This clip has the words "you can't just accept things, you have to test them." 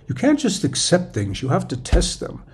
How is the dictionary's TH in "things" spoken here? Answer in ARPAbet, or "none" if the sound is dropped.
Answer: TH